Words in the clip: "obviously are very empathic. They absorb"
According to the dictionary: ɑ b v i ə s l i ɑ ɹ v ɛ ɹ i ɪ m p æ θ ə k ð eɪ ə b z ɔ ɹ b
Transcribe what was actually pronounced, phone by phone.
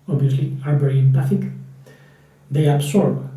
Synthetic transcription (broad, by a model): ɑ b v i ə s l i ɑ ɹ b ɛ ɹ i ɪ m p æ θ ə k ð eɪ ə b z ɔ ɹ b